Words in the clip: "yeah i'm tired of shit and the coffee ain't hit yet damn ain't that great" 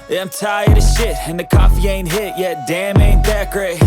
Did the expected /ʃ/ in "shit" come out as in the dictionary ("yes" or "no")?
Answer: yes